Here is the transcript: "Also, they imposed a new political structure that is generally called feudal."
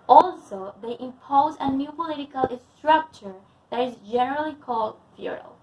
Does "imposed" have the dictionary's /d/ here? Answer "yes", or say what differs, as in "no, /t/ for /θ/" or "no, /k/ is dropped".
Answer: no, /d/ is dropped